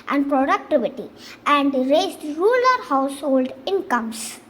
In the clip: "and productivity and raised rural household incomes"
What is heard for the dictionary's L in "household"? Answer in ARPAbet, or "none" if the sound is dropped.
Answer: L